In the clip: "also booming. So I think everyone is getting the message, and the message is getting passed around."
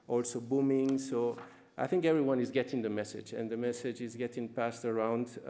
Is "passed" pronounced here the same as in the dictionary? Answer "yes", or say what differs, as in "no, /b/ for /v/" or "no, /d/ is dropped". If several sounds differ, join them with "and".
yes